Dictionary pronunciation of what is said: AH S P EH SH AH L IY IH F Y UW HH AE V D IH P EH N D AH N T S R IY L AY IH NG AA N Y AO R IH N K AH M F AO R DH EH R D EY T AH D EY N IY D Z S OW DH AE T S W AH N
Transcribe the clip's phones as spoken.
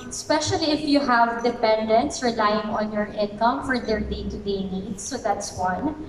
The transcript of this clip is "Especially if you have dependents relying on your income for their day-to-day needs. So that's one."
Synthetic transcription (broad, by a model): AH S P EH SH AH L IY IH F Y UW HH AE V D IH P EH N D AH N T S R IY L AY IH NG AA N Y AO R IH N K AH M F AO R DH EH R D EY T AH D EY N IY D S OW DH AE T S W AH N